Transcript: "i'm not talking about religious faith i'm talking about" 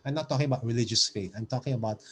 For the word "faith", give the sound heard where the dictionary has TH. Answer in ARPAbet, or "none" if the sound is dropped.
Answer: T